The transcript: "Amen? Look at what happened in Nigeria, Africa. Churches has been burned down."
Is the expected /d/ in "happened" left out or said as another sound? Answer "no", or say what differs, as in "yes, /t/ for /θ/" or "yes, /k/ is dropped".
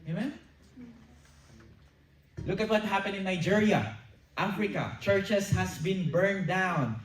yes, /d/ is dropped